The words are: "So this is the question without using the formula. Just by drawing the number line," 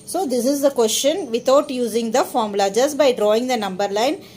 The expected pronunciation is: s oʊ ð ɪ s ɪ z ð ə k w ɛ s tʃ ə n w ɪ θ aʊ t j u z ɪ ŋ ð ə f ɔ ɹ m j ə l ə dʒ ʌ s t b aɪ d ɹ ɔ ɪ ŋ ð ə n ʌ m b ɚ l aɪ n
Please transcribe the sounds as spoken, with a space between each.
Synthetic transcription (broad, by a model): s oʊ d ɪ s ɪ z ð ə k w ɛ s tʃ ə n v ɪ t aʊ t j u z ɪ ŋ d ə f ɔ ɹ m l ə dʒ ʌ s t b aɪ d ɹ ɔ ɪ ŋ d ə n ʌ m b ɚ l aɪ n